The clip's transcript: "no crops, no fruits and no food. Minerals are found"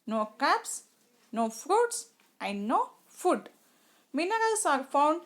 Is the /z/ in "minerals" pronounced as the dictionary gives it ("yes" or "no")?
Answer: no